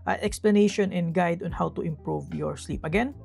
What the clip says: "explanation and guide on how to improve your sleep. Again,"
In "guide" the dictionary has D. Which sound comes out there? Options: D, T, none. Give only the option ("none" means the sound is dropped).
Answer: D